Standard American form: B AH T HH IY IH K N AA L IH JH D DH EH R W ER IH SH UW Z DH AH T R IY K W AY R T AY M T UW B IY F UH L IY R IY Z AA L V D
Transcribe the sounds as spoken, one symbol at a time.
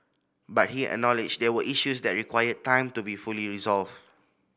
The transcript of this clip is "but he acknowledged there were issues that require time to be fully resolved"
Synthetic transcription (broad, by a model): B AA T HH IY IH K N AA L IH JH D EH W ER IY SH UW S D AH T R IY K W AY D T AY M T UW B IY F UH L IY R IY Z AA L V